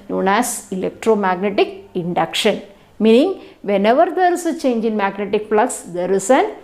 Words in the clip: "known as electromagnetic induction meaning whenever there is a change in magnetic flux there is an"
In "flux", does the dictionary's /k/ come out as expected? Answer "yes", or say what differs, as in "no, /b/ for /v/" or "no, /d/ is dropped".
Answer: no, /k/ is dropped